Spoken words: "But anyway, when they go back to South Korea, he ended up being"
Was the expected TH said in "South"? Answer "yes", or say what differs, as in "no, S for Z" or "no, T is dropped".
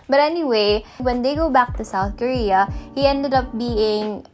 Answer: yes